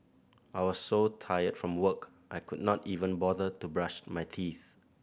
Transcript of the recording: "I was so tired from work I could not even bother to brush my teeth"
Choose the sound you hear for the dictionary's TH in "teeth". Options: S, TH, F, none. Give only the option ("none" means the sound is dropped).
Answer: TH